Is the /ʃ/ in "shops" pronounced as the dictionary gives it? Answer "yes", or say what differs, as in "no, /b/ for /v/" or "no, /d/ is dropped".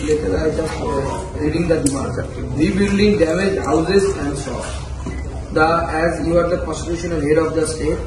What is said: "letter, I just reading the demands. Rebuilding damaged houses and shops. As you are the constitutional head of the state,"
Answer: no, /s/ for /ʃ/